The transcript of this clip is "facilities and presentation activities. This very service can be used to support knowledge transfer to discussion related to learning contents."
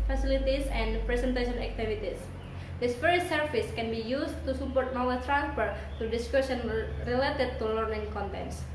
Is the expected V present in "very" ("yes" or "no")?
no